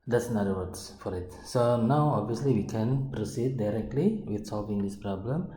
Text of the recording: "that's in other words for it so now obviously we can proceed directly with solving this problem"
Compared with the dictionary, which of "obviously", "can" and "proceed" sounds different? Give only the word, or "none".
none